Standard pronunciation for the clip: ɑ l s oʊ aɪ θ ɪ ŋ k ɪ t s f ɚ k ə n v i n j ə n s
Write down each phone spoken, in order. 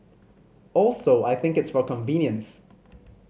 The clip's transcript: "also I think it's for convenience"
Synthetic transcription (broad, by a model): ɑ l s oʊ aɪ θ ɪ ŋ k ɪ t s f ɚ k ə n v i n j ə n s